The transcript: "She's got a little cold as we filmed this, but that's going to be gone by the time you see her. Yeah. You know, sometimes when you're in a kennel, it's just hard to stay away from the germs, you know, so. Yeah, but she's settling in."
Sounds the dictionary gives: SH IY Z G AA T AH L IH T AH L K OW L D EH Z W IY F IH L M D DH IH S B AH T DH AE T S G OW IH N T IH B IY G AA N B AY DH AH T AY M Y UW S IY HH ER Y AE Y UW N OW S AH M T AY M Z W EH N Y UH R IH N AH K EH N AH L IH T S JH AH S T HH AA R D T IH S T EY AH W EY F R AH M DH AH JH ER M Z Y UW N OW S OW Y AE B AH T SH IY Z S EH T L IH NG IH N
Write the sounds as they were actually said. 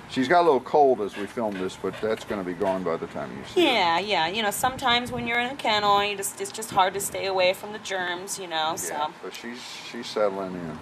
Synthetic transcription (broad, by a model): SH IY Z G AA T AH L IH T L K OW L D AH Z W IY F IH L M DH IH S B AH T DH AE T S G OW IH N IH B IY G AA N B AY DH AH T AY M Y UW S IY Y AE Y AE Y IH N OW S AH M T AY M Z W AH N Y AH R IH N AH K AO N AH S IH T S JH AH S T HH AA R D T IH S T EY AH W EY F R AH M DH AH JH ER M Z Y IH N OW S OW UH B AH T SH IY Z S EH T L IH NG IH N